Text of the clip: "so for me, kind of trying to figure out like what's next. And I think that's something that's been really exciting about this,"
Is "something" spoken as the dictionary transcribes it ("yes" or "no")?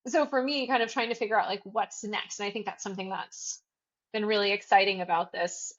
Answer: yes